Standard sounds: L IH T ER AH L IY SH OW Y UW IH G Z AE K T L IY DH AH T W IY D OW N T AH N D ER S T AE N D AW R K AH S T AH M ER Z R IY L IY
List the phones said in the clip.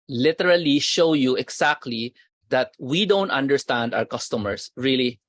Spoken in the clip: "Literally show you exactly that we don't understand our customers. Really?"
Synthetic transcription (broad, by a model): L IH T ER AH L IY SH OW Y UW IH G S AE K T L IY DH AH T W IY D OW N T AH N D ER S T AE N D AW R K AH S T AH M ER S R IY L IY